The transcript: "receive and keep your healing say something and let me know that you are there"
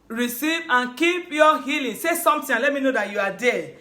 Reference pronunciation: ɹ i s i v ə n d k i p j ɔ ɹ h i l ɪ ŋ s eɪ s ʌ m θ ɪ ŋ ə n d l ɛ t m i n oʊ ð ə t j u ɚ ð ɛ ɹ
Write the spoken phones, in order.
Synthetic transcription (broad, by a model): ɹ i s i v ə n k i p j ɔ h i l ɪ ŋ s eɪ s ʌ m t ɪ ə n l ɛ t m i n oʊ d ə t j u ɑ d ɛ